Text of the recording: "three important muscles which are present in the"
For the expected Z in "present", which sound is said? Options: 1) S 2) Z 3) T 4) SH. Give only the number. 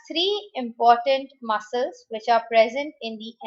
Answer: 2